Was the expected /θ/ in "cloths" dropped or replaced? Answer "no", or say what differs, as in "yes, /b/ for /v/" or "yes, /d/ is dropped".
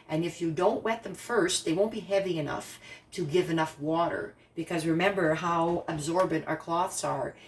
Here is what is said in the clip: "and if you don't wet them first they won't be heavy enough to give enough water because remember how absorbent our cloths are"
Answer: no